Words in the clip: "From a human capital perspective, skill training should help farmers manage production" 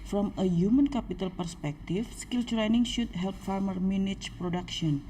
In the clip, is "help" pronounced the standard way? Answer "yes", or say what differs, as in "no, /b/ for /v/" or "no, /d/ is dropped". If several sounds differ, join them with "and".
yes